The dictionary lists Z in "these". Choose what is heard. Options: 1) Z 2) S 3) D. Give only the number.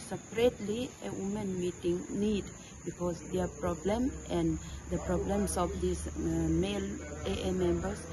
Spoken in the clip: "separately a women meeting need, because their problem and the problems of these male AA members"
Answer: 2